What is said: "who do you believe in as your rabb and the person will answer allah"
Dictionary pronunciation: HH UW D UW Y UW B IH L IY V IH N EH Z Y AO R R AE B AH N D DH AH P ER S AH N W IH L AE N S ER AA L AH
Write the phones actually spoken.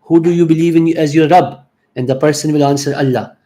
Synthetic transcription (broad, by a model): HH UW D UW Y UW B IH L IY V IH N EH Z Y AO R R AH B AH N D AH P ER S AH N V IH L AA N S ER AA L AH